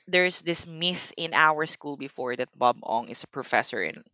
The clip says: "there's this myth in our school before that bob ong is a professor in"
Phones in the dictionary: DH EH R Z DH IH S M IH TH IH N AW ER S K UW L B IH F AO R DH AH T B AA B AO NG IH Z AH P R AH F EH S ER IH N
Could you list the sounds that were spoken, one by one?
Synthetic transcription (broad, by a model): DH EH R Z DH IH S M IH TH IH N AW ER S K UW L B IH F AO R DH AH T B AA B AO NG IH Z AH P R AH F EH S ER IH N